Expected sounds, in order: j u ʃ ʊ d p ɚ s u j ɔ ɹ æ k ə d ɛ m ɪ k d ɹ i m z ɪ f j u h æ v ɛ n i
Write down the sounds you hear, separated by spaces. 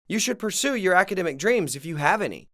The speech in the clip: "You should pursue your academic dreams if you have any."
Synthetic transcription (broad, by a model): j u ʃ ʊ d p ɚ s u j ɔ ɹ æ k ə d ɛ m ɪ k d ɹ i m z ɪ f j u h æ v ɛ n i